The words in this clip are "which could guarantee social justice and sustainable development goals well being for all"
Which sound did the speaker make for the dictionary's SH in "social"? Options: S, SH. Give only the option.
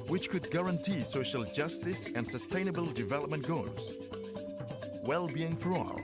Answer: SH